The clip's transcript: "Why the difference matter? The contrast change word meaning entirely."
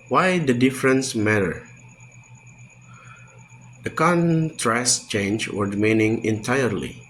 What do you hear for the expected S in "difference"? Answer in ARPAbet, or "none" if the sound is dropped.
S